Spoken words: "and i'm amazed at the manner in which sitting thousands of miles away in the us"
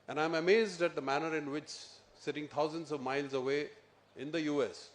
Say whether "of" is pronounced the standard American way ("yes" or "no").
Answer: yes